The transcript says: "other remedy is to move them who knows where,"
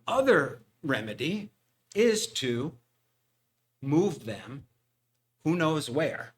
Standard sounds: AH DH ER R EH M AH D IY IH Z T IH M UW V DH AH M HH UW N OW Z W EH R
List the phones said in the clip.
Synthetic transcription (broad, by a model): AH DH ER R EH M AH D IY IH Z T IH M UW V DH AH M HH UW N OW Z W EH R